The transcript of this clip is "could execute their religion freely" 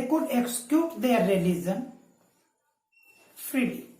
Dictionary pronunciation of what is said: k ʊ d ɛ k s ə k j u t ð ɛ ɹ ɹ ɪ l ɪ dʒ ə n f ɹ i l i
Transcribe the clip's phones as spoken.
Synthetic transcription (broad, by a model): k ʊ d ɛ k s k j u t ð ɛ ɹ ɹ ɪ l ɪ z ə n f ɹ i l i